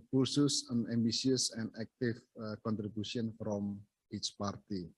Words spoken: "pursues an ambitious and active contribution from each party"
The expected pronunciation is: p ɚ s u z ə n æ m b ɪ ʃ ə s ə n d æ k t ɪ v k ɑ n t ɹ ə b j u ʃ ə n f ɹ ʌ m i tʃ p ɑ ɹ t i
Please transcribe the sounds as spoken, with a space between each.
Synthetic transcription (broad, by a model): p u s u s ə n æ m b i s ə s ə n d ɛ k t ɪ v k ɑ n t ɹ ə b j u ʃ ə n f ɹ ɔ m i tʃ p ɑ ɹ t i